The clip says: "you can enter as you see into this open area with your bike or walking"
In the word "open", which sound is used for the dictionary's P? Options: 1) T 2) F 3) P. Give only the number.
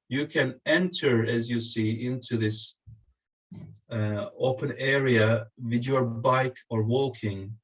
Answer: 3